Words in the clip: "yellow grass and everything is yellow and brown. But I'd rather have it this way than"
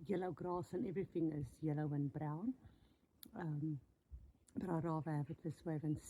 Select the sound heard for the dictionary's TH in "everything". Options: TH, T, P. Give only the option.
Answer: TH